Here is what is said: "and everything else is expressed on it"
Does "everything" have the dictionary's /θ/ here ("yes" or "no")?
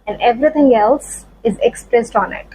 no